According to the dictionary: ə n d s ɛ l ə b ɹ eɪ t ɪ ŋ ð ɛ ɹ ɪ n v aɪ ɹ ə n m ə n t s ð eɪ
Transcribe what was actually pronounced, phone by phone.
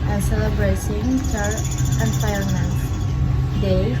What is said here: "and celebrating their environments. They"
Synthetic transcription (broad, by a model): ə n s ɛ l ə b ɹ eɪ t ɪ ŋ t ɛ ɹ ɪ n p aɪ ə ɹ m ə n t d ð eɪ